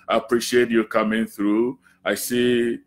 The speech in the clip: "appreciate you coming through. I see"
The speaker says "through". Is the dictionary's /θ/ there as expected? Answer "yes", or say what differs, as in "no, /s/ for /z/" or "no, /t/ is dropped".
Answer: yes